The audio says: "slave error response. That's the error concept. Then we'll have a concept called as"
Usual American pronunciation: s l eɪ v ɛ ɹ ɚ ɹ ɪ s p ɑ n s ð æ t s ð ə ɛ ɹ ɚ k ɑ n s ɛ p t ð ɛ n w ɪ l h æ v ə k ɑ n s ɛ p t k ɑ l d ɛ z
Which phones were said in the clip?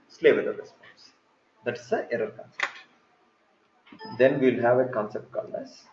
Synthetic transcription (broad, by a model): s l eɪ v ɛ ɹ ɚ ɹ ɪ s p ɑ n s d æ t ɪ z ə ɛ ɹ ɚ k ɑ n s ɛ p t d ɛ n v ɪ l h æ v ə k ɑ n s ɛ p t k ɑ l ʌ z